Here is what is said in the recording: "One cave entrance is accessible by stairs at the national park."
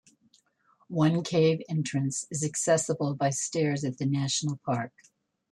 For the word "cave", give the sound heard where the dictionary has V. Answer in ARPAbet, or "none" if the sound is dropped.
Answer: V